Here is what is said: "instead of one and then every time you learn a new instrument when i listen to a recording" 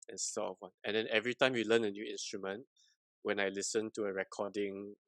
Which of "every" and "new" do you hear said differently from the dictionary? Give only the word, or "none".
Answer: none